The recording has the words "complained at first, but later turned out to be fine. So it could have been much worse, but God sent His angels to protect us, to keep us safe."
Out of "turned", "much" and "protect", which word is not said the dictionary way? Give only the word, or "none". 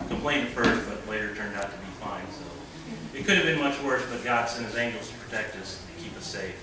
none